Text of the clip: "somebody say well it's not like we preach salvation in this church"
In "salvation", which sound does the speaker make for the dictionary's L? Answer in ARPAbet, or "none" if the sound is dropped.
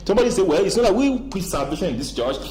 none